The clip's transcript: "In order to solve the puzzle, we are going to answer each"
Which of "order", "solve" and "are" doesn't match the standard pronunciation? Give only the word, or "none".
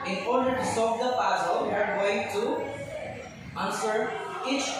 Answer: solve